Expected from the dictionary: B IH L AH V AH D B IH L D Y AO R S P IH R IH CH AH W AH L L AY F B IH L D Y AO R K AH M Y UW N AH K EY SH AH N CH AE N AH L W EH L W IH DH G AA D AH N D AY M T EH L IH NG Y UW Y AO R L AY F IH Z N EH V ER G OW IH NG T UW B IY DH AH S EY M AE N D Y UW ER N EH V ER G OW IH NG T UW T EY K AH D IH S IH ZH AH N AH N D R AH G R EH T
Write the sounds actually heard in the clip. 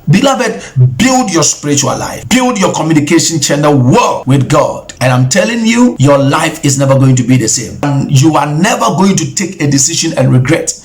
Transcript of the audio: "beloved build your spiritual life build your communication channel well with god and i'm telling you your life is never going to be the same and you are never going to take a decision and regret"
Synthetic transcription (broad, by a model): B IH L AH V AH D B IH L D Y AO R S P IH R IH CH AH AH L L AY F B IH L D Y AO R K AH M Y UW N AH K EY SH AH N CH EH N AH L W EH W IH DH G AA D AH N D AY M T EH L IH NG Y UW Y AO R L AY F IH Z N EH V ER G OW IH NG T UW B IY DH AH S EY M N Y UW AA N EH V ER G OW IH NG T UW T EY K AH D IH S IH SH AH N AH N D R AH G R EH T